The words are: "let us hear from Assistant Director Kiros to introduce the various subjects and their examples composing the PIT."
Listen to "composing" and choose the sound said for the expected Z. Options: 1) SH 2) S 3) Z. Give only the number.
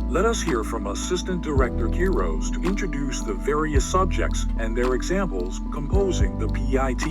3